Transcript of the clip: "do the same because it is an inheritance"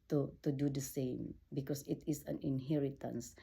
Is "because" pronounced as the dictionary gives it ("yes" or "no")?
no